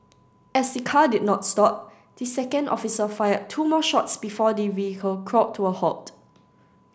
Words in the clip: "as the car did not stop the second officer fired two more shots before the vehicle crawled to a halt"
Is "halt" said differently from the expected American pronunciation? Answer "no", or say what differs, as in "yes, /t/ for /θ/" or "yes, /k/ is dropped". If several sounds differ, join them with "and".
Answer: yes, /l/ is dropped